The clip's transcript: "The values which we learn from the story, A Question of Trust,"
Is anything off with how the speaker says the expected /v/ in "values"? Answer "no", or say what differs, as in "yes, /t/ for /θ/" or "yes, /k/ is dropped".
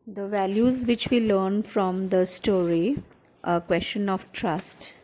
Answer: no